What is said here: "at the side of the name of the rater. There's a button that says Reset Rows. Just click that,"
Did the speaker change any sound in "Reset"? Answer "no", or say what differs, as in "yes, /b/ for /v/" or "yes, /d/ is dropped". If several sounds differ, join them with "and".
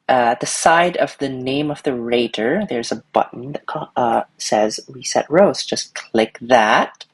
yes, /w/ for /ɹ/